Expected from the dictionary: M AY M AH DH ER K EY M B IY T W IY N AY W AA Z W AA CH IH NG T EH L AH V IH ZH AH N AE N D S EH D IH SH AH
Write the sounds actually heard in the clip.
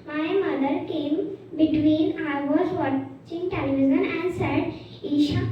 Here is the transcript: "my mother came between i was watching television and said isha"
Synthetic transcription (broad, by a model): M AY M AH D ER K EY M B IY T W IY N AY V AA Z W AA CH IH NG T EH L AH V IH Z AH N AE N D S EH D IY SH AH